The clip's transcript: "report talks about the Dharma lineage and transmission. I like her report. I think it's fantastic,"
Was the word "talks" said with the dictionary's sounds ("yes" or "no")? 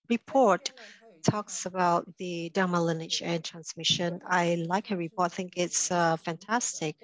yes